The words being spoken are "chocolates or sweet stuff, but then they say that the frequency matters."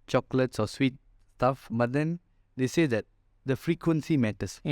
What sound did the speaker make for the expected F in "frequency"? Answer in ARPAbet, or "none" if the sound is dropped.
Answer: F